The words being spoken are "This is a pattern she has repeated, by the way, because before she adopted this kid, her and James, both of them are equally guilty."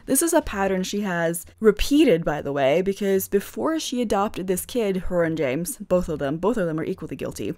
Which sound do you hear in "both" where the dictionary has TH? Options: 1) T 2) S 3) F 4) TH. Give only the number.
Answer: 4